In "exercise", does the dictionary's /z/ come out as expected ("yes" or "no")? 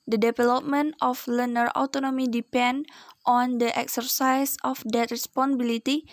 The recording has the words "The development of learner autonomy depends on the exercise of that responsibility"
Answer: no